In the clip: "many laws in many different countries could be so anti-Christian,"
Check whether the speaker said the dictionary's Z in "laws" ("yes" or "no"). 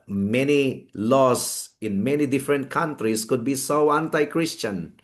no